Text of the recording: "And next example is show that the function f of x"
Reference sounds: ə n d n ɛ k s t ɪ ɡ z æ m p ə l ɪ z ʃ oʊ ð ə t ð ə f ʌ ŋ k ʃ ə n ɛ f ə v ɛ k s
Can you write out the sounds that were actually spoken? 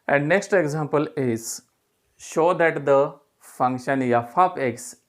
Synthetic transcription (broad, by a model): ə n d n ɛ k s t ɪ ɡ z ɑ m p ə l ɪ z ʃ oʊ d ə t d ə f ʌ ŋ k ʃ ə n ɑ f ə p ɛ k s